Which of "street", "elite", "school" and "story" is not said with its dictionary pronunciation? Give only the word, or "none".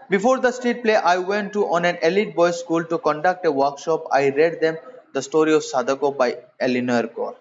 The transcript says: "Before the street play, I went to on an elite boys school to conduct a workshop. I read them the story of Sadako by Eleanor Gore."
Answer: street